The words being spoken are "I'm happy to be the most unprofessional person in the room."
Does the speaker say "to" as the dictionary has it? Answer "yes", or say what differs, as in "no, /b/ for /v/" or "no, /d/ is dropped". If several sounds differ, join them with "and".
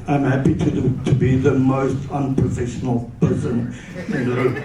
yes